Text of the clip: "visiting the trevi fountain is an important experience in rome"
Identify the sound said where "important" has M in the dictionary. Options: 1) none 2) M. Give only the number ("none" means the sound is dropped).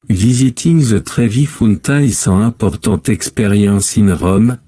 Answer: 1